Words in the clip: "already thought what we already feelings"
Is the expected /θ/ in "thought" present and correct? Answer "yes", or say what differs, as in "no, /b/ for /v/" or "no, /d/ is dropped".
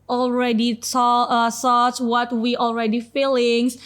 no, /s/ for /θ/